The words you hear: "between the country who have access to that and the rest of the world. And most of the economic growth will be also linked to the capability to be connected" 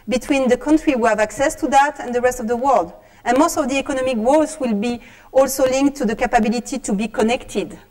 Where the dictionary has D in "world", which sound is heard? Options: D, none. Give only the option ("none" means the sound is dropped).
D